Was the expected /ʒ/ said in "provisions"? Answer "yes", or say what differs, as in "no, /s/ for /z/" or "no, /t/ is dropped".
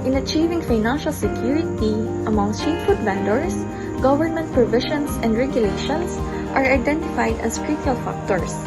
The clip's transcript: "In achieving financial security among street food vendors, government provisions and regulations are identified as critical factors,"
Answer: no, /ʃ/ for /ʒ/